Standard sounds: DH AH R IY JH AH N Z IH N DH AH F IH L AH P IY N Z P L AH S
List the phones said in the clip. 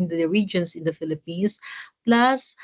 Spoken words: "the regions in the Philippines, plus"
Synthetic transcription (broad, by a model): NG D R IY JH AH N S IH N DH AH F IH L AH P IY N S P L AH S